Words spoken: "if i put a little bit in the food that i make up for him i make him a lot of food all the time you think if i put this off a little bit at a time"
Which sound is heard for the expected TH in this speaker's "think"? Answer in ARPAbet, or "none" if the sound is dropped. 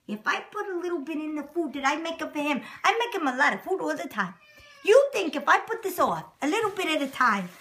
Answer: TH